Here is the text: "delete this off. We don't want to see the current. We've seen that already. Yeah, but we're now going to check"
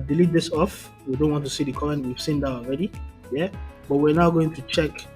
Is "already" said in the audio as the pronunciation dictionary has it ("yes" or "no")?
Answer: yes